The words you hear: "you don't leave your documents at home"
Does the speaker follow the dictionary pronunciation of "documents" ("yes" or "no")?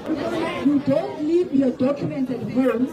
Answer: no